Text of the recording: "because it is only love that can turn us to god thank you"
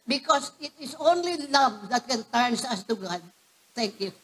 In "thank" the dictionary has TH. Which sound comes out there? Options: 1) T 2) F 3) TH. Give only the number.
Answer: 1